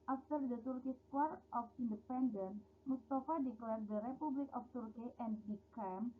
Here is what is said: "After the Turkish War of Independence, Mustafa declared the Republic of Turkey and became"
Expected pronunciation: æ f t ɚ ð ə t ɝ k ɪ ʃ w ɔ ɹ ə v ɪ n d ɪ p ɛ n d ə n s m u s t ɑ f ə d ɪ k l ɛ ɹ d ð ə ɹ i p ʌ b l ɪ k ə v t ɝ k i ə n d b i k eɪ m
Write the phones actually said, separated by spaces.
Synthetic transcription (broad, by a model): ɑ f t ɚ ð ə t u k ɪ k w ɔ ɹ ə f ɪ n d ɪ p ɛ n d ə n m u s t ɑ f ə d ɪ k l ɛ ɹ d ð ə ɹ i p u b l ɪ k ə f t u k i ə n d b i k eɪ m